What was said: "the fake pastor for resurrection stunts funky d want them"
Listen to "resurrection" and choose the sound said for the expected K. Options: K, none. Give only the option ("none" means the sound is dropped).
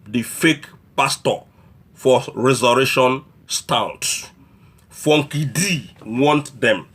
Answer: none